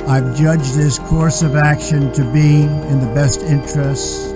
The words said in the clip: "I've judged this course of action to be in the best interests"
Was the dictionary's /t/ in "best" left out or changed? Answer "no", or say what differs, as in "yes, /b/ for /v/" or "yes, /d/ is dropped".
no